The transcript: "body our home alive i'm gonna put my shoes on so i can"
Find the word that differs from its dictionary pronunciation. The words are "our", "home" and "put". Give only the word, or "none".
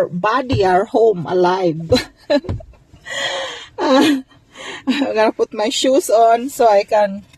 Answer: none